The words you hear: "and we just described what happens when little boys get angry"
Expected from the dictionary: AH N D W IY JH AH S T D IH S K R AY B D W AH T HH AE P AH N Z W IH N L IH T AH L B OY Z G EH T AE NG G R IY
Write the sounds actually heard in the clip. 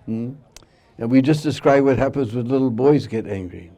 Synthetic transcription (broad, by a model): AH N W IY JH AH S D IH S K R AY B W AH T HH AE P AH N Z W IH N L IH T L B OY Z G EH T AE NG G R IY